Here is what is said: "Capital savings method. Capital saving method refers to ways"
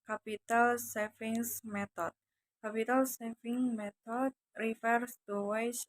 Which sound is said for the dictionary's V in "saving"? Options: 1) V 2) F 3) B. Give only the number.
2